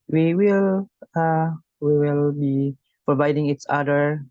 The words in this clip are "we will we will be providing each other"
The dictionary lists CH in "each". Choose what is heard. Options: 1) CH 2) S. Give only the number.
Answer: 2